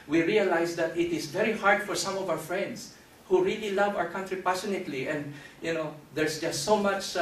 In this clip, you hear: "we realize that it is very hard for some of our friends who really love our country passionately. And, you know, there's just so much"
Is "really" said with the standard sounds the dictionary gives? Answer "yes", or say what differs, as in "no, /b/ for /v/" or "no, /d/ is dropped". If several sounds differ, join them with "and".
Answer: yes